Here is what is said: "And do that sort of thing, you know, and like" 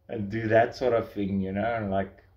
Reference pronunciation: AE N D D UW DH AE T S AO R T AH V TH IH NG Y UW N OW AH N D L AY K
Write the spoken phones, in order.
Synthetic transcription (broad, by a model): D D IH DH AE T S AO R T AH V TH IH NG Y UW N OW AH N L AY K